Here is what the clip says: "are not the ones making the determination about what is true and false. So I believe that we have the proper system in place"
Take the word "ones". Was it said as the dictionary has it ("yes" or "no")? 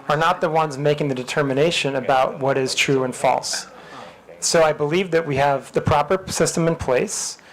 yes